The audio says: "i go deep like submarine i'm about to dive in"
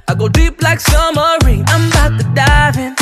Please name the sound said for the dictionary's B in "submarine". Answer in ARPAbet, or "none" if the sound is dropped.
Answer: none